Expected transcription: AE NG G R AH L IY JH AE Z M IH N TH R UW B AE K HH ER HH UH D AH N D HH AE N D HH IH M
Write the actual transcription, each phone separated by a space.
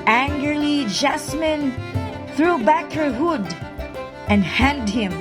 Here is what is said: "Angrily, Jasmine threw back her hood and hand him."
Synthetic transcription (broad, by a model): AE NG G R L IY JH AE S M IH N TH R UW B AE K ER HH UH D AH N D HH AE N D HH IH M